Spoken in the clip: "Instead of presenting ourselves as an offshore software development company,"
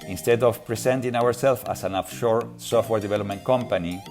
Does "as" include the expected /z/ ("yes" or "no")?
no